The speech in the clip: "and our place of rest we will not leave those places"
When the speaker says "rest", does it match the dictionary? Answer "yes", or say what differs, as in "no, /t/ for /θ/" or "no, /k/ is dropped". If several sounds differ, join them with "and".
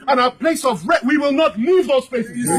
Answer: no, /s/ is dropped